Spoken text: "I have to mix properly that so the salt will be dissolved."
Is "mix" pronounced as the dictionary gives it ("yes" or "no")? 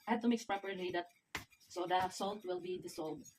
yes